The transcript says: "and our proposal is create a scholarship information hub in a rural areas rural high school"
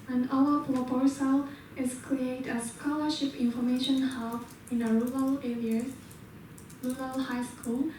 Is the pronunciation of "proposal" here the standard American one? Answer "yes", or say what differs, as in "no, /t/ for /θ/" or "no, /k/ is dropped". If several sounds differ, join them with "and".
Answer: no, /s/ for /z/